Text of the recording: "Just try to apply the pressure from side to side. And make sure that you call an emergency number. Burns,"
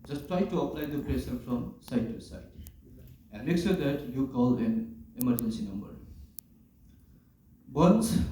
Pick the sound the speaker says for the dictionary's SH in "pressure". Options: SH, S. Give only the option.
S